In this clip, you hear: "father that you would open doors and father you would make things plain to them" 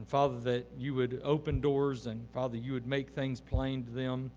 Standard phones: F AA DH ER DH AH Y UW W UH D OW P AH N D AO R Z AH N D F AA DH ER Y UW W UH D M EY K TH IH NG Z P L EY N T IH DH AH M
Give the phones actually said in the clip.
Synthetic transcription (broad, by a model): F AA DH ER DH AH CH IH W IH D OW P AH N D AO R Z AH N F AA DH ER Y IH W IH D M EY K TH IH NG Z P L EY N T IH DH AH M